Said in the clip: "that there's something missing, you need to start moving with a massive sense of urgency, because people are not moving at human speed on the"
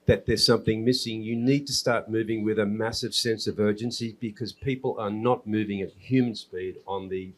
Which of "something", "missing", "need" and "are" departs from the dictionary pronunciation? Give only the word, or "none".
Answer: none